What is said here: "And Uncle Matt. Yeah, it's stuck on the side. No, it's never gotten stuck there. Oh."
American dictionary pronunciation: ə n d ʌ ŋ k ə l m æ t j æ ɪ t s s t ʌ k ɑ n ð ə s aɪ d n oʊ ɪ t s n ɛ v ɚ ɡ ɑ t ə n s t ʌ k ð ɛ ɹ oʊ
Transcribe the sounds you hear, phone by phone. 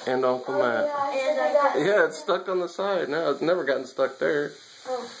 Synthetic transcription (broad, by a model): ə n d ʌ k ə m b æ j æ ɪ t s s t ʌ k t n ð ə s aɪ d n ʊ ɪ t s n ɛ v ɚ ɡ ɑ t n s t ʌ k ð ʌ ɹ